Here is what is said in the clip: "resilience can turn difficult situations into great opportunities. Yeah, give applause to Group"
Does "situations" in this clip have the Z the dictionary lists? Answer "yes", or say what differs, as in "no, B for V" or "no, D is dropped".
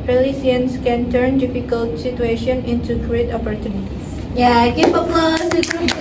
no, Z is dropped